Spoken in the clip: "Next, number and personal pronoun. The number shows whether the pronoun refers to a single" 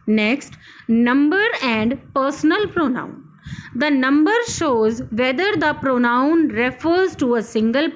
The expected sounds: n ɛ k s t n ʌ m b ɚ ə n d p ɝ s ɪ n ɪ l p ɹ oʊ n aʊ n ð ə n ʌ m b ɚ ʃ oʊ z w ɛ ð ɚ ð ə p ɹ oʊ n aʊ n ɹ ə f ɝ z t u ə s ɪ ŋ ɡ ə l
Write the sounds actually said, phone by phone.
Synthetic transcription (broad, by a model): n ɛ k s t n ʌ m b ɚ ə n d p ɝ s n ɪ l p ɹ oʊ n aʊ n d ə n ʌ m b ɚ ʃ oʊ z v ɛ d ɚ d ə p ɹ oʊ n aʊ n ɹ ə f ɝ z t u ə s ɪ ŋ ɡ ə l